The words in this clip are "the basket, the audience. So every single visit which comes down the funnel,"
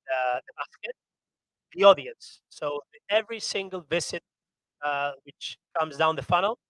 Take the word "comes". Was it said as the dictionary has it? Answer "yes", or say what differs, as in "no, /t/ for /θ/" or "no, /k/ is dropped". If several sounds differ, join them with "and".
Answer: yes